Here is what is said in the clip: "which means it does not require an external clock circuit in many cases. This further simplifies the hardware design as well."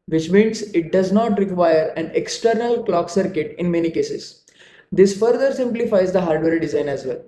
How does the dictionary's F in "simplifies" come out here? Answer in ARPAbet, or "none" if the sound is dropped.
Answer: F